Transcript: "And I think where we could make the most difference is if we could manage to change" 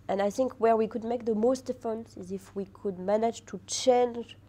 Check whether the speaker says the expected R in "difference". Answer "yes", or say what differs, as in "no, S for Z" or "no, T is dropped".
no, R is dropped